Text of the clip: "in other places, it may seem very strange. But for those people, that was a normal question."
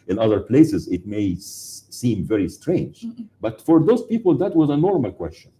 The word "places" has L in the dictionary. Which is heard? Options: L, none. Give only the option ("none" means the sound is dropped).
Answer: L